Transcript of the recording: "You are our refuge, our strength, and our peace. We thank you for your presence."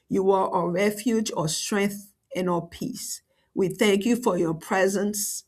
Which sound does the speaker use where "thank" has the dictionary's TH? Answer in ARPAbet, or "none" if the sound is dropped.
TH